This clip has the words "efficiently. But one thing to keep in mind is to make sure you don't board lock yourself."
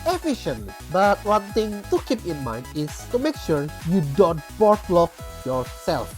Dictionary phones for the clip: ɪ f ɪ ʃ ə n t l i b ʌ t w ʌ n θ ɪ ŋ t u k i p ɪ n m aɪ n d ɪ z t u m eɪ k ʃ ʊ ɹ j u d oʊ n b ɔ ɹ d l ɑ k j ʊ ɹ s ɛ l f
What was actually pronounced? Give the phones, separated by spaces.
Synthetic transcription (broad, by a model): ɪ f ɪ ʃ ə n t l i b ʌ t w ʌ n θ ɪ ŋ t u k i p ɪ n m aɪ n d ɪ s t u m eɪ k ʃ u ɹ j u d oʊ n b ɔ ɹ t l ɑ k j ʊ ɹ s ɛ l f